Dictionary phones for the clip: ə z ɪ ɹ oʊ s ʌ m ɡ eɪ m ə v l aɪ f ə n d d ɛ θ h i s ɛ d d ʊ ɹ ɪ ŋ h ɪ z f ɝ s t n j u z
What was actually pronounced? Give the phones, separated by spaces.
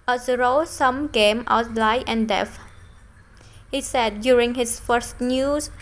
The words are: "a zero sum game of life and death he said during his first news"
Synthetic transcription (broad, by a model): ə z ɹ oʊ s ʌ m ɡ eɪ m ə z l aɪ ə n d d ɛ f h i s ɛ d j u ɹ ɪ ŋ h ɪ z f ɝ s t n j u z